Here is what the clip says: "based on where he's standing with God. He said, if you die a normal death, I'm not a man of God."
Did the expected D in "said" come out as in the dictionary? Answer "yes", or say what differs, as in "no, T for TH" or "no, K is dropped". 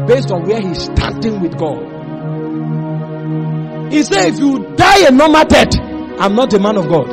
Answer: no, D is dropped